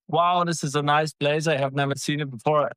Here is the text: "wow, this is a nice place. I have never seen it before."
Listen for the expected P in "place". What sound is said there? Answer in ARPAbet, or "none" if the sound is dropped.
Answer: B